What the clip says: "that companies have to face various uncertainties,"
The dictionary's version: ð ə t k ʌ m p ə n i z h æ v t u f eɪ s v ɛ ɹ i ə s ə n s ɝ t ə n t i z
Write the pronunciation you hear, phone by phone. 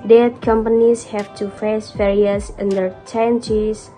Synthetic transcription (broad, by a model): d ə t k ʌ m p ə n i s h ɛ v t u f eɪ s f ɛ ɹ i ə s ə n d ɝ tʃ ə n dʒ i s